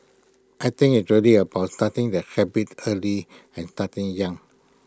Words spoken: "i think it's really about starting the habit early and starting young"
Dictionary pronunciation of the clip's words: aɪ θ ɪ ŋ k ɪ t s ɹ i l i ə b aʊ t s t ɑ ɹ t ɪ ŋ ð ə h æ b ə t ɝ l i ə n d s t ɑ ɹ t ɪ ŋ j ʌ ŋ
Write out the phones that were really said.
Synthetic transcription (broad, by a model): aɪ t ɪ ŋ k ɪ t ɹ i l i ə b aʊ t s t ɑ t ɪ ŋ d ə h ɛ b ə t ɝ l i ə n s t ɑ t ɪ ŋ j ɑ ŋ